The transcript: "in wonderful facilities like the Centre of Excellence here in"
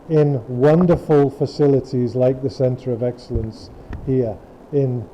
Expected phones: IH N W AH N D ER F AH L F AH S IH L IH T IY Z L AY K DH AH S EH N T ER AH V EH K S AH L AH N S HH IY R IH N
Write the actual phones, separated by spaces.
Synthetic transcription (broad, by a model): IH N W AH N D ER F AH L F AH S IH L IH T IY Z L AY K DH AH S EH N T ER AH V EH K S AH L AH N S HH IY R IH N